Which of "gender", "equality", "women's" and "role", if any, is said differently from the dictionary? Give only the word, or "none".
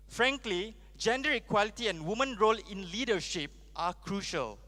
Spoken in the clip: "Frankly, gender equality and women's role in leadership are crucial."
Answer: women's